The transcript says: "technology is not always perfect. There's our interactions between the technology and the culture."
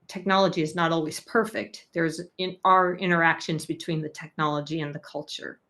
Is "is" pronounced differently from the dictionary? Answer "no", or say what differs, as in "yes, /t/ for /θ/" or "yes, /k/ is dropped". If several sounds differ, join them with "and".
no